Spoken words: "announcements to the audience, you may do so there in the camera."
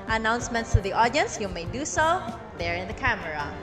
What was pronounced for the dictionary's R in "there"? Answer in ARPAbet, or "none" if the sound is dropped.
R